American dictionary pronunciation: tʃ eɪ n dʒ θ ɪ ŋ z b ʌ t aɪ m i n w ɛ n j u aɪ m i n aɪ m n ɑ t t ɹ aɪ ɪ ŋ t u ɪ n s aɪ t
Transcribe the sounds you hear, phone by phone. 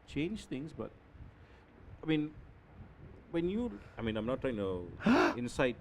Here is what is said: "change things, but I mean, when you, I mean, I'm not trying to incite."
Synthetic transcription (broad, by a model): tʃ eɪ n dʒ t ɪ ŋ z b ʌ t aɪ m i n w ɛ n j u aɪ m i n aɪ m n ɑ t t ɹ aɪ ɪ ŋ t u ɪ n s aɪ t